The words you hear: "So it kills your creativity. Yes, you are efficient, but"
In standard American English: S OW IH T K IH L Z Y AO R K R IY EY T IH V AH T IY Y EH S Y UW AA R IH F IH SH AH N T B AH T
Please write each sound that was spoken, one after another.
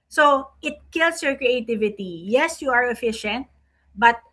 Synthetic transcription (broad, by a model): S OW IH T K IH L S Y AO R K R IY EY T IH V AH T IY Y EH S Y UW AA R IH F IH SH AH N T B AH T